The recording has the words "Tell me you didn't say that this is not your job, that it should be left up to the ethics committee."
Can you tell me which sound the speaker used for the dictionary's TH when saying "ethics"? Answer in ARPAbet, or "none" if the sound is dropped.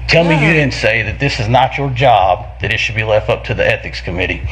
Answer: TH